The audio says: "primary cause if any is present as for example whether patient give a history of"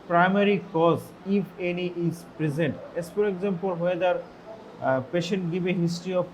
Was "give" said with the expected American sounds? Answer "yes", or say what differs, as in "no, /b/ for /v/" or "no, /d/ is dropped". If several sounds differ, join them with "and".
no, /b/ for /v/